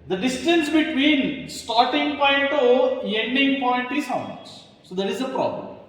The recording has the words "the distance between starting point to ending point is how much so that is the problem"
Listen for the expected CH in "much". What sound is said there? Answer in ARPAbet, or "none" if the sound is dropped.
S